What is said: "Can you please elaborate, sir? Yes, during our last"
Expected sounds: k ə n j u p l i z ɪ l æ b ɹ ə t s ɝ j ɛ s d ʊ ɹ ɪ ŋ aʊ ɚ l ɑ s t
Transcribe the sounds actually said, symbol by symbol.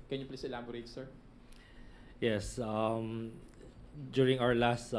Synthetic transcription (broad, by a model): k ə n j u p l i s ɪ l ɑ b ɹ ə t s ɝ j ɛ s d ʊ ɹ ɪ ŋ aʊ ɚ l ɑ s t